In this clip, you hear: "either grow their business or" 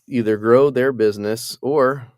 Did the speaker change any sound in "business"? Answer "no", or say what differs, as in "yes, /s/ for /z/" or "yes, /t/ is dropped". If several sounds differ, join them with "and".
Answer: no